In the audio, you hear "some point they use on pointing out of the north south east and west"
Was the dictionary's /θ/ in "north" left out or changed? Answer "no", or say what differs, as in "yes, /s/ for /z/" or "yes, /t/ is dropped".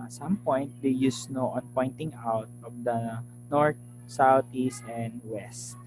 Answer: yes, /t/ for /θ/